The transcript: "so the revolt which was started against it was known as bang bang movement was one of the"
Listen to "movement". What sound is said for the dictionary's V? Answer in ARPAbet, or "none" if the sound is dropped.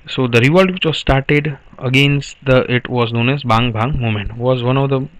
none